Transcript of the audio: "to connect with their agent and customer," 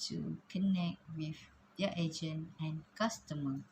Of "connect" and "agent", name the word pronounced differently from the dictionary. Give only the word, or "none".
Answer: agent